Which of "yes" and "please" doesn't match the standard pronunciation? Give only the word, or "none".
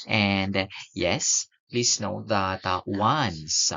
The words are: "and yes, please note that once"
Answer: please